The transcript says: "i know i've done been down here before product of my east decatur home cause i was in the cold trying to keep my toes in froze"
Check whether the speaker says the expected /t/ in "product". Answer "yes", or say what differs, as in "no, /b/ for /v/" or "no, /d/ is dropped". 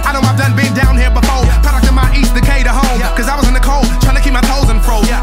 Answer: no, /t/ is dropped